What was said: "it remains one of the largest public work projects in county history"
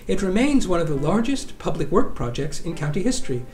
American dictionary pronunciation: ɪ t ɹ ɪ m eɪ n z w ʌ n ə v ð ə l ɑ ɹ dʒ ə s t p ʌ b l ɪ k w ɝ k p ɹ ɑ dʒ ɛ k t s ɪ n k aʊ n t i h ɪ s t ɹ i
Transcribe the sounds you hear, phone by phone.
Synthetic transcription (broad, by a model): ɪ t ɹ ɪ m eɪ n z w ʌ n ə v ð ə l ɑ ɹ dʒ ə s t p ʌ b l ɪ k w ɝ k p ɹ ɑ dʒ ɛ k t s ɪ n k aʊ n t i h ɪ s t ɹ i